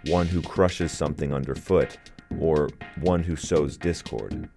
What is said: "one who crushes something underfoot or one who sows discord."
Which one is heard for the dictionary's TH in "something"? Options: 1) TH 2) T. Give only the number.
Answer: 1